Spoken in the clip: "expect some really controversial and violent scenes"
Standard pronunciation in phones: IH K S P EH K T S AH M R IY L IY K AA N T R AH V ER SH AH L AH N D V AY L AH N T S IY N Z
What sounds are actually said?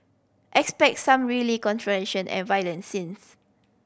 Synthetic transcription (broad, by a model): IH K S P EH K T S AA M R IY L IY K AA N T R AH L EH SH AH N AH N V AY L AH N S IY N S